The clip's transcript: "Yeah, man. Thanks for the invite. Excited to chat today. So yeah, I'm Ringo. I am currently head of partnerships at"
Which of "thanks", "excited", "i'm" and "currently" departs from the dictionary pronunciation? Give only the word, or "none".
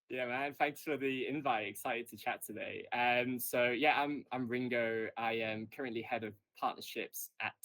none